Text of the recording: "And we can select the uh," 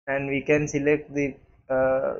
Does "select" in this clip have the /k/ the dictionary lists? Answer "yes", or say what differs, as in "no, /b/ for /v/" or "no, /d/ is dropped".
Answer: yes